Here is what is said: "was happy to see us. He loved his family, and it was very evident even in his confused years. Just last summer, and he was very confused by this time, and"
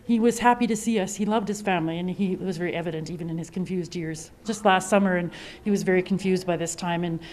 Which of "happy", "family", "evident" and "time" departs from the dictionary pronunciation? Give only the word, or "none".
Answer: none